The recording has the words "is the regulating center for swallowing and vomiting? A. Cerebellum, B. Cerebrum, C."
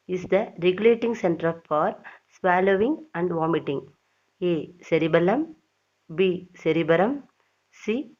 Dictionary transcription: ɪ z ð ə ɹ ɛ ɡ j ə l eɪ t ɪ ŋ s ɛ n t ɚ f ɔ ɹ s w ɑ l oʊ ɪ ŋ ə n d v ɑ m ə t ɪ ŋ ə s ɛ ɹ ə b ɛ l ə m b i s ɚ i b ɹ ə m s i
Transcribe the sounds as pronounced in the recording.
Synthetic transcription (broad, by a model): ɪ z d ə ɹ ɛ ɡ j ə l eɪ t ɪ ŋ s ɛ n t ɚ f ɔ ɹ s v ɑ l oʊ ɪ ŋ ə n d v ɑ m ə t ɪ ŋ ə s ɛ ɹ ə b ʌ l ə m b i s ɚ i b ɹ ə m s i